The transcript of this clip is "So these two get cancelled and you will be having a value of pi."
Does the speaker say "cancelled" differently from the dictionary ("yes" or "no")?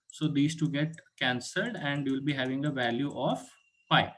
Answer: no